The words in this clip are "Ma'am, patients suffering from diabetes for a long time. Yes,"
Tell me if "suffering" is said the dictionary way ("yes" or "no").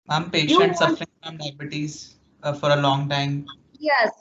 yes